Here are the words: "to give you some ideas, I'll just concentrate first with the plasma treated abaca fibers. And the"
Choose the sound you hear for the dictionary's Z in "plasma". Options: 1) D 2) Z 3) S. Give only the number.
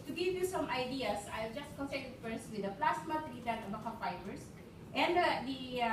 3